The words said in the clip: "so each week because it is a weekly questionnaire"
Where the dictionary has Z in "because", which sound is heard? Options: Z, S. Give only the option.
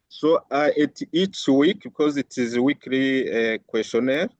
Z